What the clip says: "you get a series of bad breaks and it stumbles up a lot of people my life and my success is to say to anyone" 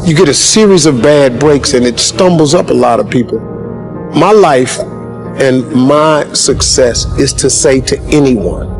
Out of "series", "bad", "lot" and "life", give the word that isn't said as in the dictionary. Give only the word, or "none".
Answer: none